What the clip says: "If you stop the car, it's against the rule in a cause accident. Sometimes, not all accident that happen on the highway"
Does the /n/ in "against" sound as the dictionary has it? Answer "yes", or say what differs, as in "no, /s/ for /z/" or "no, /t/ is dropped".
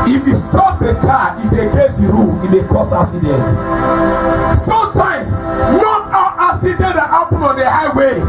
no, /n/ is dropped